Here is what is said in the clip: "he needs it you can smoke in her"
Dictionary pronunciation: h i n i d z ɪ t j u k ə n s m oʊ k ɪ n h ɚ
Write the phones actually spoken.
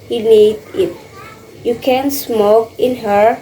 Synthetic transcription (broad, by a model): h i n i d ɪ t j u k ə n s m oʊ k ɪ n h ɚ